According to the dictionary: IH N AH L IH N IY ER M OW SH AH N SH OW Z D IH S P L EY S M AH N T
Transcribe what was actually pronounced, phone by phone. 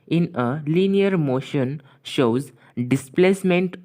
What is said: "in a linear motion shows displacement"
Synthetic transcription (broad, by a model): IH N AH L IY N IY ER M OW SH AH N SH OW Z D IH S P L EY S M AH N T